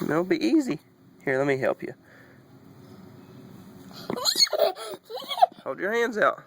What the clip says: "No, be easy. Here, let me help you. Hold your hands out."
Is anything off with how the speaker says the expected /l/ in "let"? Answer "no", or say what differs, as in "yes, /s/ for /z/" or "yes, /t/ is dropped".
no